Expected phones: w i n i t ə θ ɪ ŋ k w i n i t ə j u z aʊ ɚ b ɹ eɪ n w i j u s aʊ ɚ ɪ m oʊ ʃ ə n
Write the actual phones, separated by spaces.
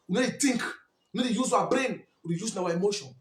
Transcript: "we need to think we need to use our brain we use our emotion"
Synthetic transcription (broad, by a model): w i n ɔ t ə t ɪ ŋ k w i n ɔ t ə j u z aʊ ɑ b ɹ eɪ n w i j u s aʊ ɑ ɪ m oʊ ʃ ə n